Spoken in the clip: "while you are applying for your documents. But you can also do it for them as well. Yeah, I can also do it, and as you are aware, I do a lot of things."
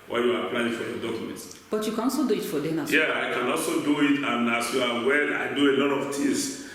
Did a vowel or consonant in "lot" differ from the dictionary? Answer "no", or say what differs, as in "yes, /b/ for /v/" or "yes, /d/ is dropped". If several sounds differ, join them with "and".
no